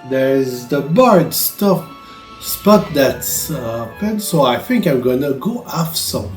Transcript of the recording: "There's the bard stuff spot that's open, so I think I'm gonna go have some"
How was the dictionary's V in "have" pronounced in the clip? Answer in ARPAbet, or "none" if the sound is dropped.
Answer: F